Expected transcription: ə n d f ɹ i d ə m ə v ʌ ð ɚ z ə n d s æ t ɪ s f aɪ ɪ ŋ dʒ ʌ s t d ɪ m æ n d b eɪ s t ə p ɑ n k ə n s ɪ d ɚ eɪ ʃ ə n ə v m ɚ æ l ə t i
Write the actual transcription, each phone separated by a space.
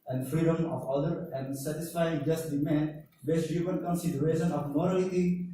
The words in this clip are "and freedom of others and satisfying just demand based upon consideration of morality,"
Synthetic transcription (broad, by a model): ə n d f ɹ i d ə m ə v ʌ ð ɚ ə n d s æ t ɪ s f aɪ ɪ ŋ dʒ ʌ s t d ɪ m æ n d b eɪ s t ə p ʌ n k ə n s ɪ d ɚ eɪ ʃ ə n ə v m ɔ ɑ l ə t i